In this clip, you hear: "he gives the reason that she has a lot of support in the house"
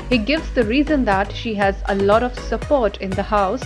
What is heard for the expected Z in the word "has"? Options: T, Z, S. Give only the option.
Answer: Z